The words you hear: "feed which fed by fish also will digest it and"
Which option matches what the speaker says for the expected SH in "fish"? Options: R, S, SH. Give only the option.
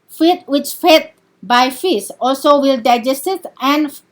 S